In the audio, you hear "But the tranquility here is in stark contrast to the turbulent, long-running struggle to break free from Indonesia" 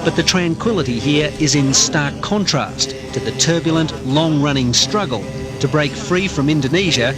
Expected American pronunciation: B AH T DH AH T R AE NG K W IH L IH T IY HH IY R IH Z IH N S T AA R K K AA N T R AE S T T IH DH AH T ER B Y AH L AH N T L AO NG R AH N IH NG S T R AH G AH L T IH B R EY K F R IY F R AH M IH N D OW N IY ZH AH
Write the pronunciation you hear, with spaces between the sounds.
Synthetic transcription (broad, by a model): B AH T DH AH T R AE NG K W IH L IH T IY HH IY R IH Z IH N S T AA R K K AA N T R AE S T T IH DH AH T ER B Y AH L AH N T L AO NG R AH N IH NG S T R AH G AH L T IH B R EY K F R IY F R AH M IH N D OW N IY ZH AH